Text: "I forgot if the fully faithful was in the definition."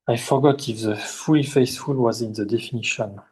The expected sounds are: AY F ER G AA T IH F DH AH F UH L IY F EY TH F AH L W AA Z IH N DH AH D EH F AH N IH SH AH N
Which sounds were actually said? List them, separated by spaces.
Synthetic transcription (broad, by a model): AY F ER G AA T IH F DH AH F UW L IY F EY S F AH L W AA Z IH N DH AH D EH F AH N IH SH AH N